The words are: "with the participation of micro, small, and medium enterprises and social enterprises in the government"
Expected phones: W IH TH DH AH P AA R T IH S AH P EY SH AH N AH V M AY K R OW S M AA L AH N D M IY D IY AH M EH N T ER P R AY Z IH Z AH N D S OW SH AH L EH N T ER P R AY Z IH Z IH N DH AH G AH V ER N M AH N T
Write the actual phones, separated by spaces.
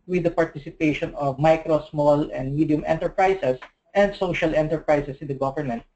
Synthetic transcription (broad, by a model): W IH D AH P AA R T IH S AH P EY SH AH N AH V M AY K R OW S M AA L AH N D M IY D IY AH M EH N T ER P R AY S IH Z AH N D S OW SH AH L EH N T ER P R AY S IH S IH N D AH G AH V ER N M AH N T